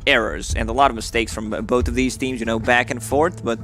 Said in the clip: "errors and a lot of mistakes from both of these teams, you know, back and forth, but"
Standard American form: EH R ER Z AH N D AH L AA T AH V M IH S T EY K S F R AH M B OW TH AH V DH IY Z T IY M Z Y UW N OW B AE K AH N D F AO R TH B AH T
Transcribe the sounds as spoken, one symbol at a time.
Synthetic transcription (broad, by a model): EH R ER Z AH N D AH L AA T AH V M IH S T EY K S F R AH M B OW TH AH V DH IY Z T IY M Z Y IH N OW B AE K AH N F F AO R TH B AH T